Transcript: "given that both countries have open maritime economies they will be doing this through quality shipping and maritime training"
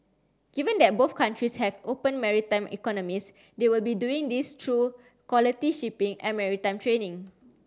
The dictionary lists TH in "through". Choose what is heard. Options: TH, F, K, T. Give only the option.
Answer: T